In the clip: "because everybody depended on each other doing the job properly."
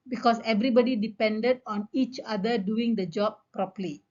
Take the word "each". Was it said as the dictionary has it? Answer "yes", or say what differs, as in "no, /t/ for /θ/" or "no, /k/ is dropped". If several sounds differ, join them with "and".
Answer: yes